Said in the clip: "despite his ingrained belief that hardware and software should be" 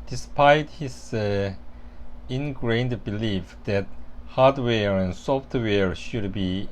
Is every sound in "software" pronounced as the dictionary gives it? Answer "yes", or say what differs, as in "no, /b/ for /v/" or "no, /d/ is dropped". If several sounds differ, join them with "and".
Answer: yes